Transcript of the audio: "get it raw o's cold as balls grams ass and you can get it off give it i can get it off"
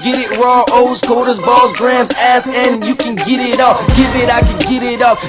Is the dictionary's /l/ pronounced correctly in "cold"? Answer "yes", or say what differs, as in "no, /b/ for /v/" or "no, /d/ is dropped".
no, /l/ is dropped